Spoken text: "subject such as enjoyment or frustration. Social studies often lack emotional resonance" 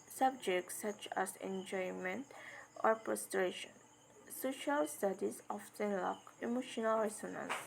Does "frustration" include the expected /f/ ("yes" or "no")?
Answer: no